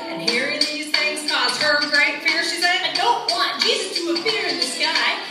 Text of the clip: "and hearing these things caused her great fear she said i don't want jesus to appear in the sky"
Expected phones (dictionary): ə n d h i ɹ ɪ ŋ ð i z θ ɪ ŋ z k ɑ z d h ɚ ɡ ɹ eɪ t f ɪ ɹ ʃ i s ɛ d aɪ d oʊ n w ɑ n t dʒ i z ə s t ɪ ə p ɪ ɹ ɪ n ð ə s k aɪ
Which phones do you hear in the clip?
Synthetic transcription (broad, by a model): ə n h i ɹ ɪ ŋ ð i z θ ɪ ŋ z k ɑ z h ɚ ɡ ɹ eɪ t f ɪ ɹ ʃ i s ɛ aɪ d oʊ n w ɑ n dʒ i z ə s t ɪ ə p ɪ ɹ ɪ n ð ə s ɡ aɪ